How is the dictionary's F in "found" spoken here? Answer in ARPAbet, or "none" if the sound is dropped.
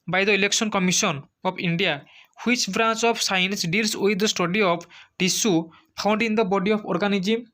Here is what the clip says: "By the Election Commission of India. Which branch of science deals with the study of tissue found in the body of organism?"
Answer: P